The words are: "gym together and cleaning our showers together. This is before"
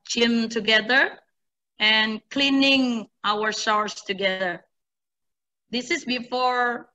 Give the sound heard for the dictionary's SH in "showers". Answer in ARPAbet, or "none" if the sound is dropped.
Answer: S